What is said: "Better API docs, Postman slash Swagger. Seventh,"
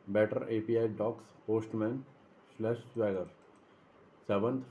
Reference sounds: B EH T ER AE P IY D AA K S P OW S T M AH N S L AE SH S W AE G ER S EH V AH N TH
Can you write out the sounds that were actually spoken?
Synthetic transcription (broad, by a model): B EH T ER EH P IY D AA K S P OW S T M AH N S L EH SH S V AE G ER S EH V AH N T